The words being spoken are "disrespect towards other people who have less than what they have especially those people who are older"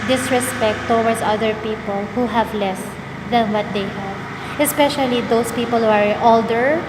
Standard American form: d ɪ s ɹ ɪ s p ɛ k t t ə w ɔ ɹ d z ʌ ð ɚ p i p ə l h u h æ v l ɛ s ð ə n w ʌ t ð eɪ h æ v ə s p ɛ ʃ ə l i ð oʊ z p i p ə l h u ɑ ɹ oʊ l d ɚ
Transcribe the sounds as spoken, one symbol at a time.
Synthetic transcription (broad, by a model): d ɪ s ɹ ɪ s p ɛ k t t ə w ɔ ɹ d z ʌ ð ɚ p i p ə l h u h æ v l ɛ s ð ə n w ʌ t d eɪ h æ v ə s p ɛ ʃ ə l i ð oʊ s p i p ə l h u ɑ ɹ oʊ l d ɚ